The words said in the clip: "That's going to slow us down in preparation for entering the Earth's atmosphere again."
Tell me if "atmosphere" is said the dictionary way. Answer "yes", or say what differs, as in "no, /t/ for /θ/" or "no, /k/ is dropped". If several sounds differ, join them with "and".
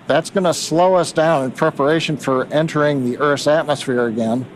yes